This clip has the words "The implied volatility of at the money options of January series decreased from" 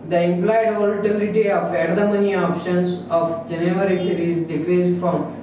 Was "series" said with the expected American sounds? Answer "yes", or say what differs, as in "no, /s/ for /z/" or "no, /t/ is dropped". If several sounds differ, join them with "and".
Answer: no, /ʃ/ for /s/